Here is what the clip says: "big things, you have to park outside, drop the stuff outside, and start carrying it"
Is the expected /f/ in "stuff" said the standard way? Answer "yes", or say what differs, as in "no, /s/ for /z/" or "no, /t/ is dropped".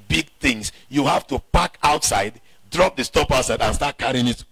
no, /p/ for /f/